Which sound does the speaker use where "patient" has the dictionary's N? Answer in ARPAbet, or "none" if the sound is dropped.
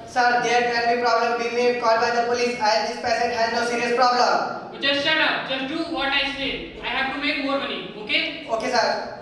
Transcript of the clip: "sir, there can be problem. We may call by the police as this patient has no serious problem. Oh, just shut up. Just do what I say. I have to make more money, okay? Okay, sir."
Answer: none